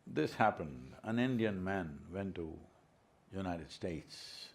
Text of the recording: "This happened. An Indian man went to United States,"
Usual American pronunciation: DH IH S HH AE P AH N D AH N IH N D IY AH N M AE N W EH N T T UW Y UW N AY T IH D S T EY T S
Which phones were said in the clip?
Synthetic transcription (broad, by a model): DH IH S HH AE P AH N D AH N IH N D IY AH N M AE N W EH N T T UW Y UW N AY T IH D S T EY T S